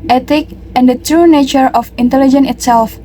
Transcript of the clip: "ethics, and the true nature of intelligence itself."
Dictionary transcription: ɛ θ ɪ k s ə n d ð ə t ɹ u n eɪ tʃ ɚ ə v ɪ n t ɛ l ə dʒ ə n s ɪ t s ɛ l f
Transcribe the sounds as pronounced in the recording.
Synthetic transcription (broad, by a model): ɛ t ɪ k ə n d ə t ɹ u n eɪ tʃ ɚ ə f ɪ n t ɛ l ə dʒ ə n ɪ t s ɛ l f